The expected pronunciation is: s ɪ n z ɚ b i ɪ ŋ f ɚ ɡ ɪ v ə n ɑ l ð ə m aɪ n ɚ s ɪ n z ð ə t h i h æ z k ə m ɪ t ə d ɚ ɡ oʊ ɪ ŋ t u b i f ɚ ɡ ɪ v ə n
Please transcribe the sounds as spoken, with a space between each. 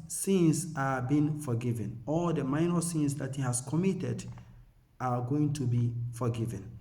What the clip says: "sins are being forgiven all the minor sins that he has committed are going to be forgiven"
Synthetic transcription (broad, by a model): s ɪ n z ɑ b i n f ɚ ɡ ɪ v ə n ɑ l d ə m aɪ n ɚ s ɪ n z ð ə t h i h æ s k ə m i t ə d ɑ ɡ oʊ ɪ ŋ t u b i f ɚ ɡ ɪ v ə n